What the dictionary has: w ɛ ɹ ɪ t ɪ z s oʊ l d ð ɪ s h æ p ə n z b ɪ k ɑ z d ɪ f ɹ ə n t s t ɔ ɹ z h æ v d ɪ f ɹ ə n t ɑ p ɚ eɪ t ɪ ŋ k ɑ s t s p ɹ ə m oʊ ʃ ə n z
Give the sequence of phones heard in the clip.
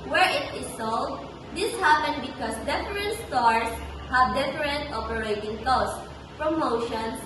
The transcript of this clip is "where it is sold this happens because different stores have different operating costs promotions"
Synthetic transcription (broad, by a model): w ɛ ɹ ɪ t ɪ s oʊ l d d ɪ s h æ p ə n b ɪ k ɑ s d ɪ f ɹ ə n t s t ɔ ɹ s h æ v d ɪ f ɹ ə n t ɑ p ɚ eɪ t ɪ ŋ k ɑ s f ɹ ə m oʊ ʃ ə n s